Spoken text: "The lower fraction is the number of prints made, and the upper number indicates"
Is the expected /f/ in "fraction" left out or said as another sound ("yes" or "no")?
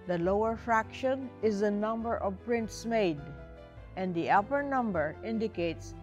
no